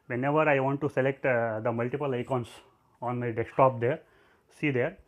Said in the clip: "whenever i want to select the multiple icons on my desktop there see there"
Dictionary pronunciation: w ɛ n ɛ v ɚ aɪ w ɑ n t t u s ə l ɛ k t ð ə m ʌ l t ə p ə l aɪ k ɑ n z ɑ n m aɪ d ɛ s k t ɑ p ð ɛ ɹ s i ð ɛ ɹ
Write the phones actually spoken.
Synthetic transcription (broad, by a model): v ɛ n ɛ v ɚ aɪ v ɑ n t t u s ə l ɛ k t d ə m ʌ l t ə p ə l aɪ k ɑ n s ɑ n m aɪ d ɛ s t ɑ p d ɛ ɹ s i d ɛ ɹ